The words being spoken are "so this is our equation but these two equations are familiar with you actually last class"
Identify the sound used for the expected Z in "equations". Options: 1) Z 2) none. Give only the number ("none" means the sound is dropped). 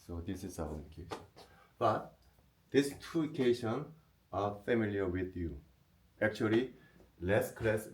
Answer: 2